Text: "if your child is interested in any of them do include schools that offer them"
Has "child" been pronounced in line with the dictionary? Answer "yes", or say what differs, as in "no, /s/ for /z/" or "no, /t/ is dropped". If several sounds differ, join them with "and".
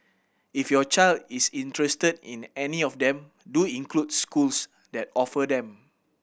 yes